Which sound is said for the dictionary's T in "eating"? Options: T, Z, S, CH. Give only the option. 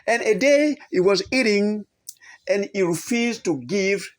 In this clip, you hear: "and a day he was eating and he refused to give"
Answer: T